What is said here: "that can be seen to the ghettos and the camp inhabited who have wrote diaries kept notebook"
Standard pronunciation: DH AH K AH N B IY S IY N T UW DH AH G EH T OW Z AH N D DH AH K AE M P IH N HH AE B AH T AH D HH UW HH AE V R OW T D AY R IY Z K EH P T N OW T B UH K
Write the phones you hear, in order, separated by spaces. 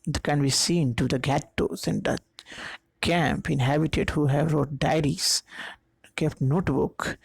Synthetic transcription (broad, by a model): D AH K AH N B IY S IY N T UW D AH G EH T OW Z AH N D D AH K AE M P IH N HH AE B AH T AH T HH UW HH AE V R OW T D AY R IY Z K EH P T N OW T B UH K